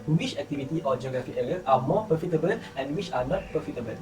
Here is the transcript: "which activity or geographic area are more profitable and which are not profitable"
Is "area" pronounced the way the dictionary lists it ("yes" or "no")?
no